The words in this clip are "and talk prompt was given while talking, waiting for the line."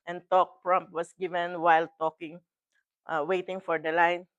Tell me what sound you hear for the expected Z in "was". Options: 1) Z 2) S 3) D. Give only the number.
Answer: 2